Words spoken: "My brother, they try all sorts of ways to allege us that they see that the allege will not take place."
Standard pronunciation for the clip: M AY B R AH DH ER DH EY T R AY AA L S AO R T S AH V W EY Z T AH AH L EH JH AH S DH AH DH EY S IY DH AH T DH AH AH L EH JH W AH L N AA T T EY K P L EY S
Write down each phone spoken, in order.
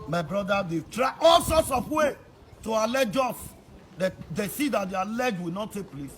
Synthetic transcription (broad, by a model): M AY B R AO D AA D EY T R AY AA L S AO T S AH F W EY T AH AH L EH JH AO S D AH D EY S IY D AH T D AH AH L EH JH W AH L N AA T T EY K P L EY S